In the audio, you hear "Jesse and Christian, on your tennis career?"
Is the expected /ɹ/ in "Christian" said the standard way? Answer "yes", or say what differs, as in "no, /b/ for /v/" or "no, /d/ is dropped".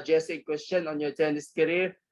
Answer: no, /w/ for /ɹ/